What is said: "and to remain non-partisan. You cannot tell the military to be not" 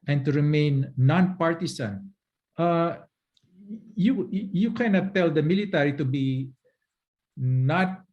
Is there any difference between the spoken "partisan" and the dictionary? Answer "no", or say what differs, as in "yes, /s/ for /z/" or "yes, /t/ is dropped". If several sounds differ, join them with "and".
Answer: yes, /s/ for /z/